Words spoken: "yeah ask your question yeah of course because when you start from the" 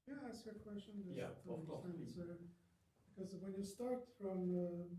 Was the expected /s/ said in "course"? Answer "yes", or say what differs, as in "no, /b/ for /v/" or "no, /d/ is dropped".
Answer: no, /s/ is dropped